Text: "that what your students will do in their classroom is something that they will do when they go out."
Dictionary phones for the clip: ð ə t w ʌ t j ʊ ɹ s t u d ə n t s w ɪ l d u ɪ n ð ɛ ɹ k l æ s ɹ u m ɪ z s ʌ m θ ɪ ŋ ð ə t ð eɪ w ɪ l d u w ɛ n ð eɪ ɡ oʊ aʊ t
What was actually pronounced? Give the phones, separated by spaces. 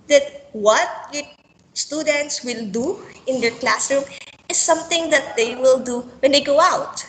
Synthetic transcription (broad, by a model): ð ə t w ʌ t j s t u d ə n t s w ɪ l d u ɪ n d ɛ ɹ k l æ s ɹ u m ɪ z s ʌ m t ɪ ŋ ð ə t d eɪ w ɪ l d u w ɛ n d eɪ ɡ oʊ aʊ t